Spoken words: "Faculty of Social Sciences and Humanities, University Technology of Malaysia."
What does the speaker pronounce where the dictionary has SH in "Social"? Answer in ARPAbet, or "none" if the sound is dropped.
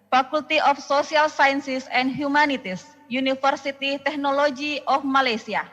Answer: S